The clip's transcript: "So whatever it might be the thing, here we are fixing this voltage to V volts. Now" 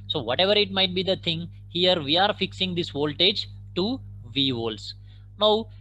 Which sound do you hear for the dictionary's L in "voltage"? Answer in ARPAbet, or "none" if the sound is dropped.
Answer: L